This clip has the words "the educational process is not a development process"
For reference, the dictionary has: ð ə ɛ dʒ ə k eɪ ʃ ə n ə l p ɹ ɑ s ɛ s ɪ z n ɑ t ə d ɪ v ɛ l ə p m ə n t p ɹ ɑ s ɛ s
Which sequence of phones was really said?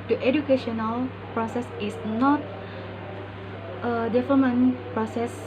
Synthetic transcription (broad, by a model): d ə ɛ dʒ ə k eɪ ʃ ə n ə l p ɹ ɑ s ɛ s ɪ s n ɑ t ə d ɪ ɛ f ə m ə n p ɹ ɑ s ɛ s